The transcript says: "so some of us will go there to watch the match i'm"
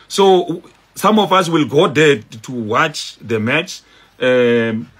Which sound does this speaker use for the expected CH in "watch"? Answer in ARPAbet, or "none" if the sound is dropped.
CH